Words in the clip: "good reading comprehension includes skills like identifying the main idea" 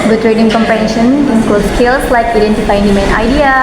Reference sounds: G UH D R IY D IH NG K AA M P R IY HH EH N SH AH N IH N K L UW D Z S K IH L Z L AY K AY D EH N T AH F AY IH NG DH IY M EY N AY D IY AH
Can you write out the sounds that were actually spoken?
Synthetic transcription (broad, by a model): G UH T R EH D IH NG K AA M P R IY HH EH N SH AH N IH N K AO S K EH L S L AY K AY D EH N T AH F AY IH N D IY M EY N AY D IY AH